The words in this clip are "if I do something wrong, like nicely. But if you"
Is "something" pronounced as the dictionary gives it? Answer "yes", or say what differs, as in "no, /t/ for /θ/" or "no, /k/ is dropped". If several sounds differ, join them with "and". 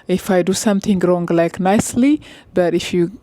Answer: no, /t/ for /θ/